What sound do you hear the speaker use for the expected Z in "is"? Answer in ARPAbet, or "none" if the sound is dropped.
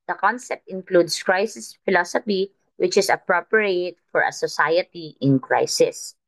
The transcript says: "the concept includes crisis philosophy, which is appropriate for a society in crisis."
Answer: S